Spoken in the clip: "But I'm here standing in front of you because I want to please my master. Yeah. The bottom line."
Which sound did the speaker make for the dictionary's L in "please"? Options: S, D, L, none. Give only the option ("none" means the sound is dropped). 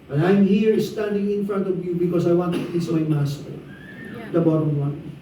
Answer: none